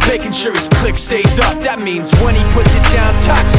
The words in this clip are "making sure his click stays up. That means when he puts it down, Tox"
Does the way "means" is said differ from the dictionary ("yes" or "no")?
no